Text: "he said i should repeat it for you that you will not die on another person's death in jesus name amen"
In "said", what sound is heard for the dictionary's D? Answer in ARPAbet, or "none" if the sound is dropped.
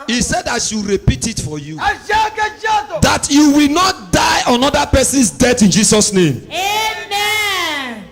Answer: D